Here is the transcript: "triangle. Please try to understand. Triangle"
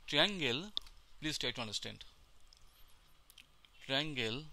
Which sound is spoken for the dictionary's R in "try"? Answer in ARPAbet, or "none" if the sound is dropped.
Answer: none